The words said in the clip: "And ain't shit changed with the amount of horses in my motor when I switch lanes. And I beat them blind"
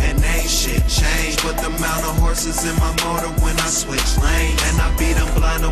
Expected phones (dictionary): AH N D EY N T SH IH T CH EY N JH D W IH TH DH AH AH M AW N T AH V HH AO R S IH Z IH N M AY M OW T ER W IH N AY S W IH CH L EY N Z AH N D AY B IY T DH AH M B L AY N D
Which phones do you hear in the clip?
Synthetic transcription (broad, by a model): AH N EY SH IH CH EY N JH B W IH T DH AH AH M AW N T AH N HH AO R S IH Z IH N M AY M OW T ER W IH N AY S W IH CH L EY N AH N AY B IY T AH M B L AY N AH